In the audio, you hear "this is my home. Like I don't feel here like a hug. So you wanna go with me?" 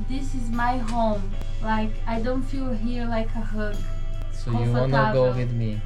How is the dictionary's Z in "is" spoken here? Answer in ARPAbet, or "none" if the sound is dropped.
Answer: Z